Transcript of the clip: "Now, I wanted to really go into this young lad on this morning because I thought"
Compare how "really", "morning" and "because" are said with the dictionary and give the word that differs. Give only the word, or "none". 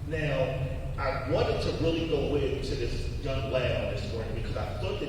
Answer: none